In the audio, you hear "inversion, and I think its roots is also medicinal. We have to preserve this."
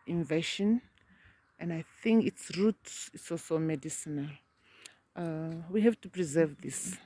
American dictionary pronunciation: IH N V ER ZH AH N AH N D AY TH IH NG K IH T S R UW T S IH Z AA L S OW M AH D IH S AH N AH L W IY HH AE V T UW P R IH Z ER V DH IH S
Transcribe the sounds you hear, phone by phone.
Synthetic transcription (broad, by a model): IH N V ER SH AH N AH N D AY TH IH NG K IH T S R UW T S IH S AA L S OW M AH D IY S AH N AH L W IY HH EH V T UW P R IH Z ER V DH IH S